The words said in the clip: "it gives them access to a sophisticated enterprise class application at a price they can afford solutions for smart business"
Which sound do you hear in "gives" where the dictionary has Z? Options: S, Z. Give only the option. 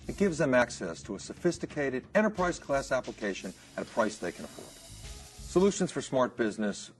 Z